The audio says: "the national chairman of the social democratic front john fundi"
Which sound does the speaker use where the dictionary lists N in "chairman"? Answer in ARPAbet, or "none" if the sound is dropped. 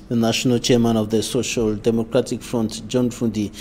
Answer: N